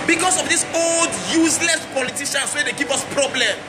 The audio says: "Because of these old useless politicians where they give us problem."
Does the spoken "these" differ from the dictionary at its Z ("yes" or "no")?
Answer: yes